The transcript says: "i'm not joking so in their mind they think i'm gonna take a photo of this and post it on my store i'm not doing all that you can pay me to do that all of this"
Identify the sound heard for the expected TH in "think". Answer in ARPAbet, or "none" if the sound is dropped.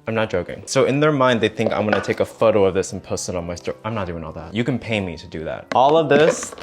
TH